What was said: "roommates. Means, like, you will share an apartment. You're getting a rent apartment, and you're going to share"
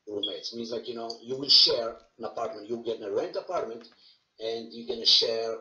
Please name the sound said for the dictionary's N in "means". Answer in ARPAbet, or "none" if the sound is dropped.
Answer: N